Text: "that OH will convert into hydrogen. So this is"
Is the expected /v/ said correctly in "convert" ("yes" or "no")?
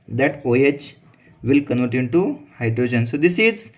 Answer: no